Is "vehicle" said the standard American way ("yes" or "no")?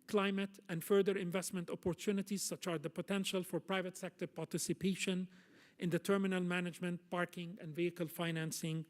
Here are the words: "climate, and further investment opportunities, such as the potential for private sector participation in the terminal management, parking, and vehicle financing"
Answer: yes